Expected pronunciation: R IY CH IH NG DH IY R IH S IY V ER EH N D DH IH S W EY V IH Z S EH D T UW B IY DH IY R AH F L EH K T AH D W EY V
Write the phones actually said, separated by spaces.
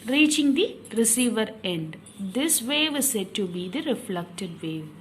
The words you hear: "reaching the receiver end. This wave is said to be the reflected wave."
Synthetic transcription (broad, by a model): R IY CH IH NG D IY R IH S IY V ER EH N D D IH S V EY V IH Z S EH D T UW B IY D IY R AH F L EH K T AH D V EY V